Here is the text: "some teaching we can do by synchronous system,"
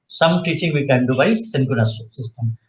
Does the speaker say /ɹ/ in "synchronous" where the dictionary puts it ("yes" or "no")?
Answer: no